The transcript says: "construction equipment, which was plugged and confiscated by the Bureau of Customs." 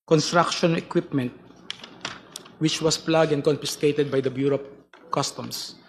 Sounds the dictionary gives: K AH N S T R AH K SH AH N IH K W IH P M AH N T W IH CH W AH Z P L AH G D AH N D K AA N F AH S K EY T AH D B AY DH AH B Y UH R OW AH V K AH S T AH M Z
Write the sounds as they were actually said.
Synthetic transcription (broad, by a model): K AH N S T R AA K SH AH N IH K W IH P M AH N T W IH CH W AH S P L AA G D AH N D K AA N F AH S K EY T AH D B AY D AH B Y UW R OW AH P K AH S T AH M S